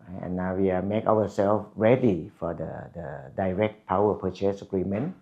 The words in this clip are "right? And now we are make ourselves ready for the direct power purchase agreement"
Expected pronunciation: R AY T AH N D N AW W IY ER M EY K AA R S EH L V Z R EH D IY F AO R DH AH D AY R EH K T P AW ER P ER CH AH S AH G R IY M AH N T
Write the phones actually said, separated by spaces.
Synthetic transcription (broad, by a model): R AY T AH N N AW W IY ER M EY K AA W S EH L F R EH D IY F AO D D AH D AY R EH K T P AW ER P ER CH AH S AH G R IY M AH N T